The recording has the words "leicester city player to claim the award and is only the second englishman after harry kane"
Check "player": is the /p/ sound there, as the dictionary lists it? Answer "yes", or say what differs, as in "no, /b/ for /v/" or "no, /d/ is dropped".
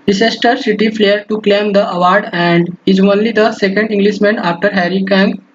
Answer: no, /f/ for /p/